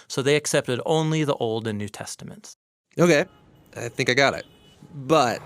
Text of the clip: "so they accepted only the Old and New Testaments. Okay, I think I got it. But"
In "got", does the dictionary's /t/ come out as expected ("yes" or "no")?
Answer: yes